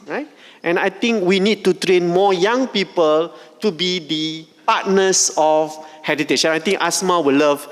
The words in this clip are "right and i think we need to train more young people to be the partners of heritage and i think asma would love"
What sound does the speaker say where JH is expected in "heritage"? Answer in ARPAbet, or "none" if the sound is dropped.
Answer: SH